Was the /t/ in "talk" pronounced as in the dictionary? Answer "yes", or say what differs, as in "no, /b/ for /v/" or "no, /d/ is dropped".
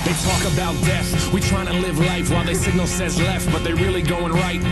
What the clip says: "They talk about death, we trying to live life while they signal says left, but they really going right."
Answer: yes